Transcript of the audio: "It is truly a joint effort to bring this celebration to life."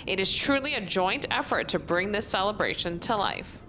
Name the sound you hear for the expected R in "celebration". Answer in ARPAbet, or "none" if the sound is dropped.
R